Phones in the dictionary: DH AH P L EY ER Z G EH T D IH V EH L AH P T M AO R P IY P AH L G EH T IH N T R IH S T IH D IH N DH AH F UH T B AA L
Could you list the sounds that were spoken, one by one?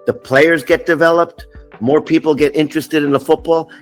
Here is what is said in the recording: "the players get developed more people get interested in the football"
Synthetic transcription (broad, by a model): DH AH P L EY ER Z G EH T D IH V EH L AH P T M AO R P IY P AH L G EH T IH N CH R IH S T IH D IH N DH AH F UH T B AA L